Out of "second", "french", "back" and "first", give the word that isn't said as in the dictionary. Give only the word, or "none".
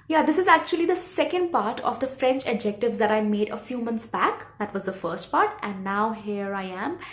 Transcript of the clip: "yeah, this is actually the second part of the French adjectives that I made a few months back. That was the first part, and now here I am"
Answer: none